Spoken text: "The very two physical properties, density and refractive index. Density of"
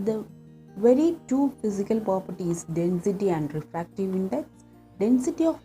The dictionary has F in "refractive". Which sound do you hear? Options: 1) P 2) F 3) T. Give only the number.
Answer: 2